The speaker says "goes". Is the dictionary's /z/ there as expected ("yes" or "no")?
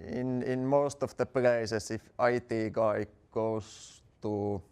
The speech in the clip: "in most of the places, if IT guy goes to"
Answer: no